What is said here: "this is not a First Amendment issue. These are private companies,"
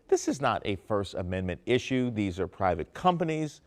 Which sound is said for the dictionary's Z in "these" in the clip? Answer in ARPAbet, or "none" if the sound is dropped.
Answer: Z